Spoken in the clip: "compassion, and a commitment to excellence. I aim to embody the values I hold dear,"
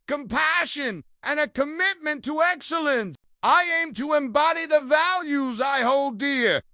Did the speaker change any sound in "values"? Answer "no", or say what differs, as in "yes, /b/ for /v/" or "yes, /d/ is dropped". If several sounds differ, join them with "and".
no